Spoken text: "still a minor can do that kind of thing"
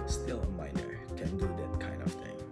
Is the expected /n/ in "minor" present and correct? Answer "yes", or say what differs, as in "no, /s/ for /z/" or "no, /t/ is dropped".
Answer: yes